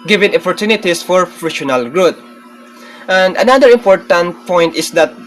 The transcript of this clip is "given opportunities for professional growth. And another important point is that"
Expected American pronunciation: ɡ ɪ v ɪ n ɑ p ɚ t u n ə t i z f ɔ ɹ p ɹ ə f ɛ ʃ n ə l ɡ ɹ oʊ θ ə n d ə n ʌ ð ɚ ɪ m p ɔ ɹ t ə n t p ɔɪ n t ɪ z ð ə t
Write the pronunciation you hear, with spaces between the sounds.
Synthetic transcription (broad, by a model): ɡ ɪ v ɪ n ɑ p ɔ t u n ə t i s f ɔ ɹ f ɹ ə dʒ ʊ n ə l ɡ ɹ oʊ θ ə n d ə n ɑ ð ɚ ɪ m p ɔ ɹ t ə n t p ɔɪ n t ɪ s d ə t